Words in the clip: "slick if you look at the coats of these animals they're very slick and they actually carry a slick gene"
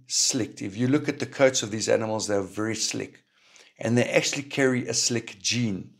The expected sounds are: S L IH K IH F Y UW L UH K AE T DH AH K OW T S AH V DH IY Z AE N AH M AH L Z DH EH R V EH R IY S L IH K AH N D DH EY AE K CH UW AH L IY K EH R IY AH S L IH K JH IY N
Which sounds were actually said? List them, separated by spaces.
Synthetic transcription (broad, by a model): S L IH K IH F Y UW L UH K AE T DH AH K OW T S AH V DH IY Z AE N AH M AH L Z DH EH V EH R IY S L IH K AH N DH EY AE K CH UW AH L IY K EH R IY AH S L IH K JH IY N